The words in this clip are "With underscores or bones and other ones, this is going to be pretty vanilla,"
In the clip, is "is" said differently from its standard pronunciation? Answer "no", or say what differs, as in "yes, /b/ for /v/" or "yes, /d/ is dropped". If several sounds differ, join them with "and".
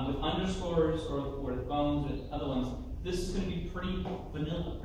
no